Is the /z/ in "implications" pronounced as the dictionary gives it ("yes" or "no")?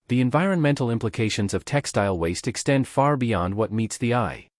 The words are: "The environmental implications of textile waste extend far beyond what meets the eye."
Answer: yes